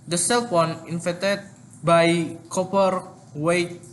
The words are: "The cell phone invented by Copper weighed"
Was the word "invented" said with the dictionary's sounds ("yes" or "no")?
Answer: no